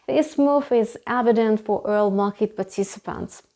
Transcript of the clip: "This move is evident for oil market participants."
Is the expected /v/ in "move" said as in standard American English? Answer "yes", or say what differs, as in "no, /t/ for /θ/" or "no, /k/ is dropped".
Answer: no, /f/ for /v/